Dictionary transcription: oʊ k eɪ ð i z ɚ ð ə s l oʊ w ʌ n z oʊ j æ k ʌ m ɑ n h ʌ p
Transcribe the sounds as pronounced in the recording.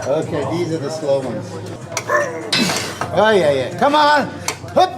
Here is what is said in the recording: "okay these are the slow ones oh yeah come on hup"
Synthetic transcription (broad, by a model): oʊ k eɪ ð i z ɚ ð ə s l oʊ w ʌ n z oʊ j æ k ʌ m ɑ n h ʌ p